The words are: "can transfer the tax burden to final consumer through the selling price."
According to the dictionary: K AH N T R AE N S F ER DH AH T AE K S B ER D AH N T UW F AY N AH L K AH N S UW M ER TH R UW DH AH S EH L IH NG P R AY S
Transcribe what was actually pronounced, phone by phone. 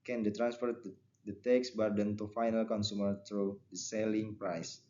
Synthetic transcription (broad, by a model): K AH N T R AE N S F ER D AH T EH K S B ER D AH N T UW F AY N AH L K AH N S UW M ER T R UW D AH S EH L IH NG P R AY S